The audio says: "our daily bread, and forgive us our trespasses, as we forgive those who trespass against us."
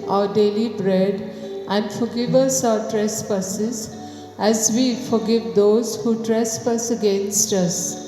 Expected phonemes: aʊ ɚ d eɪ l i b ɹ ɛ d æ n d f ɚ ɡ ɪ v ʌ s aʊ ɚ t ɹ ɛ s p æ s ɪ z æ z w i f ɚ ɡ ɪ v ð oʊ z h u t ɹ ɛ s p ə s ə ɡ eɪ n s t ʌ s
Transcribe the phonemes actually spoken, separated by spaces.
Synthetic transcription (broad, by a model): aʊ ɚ d eɪ l i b ɹ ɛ d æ n d f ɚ ɡ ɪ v ʌ s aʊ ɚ t ɹ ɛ s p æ s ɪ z æ z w i f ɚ ɡ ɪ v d oʊ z h u t ɹ ɛ s p ə s ə ɡ eɪ n s t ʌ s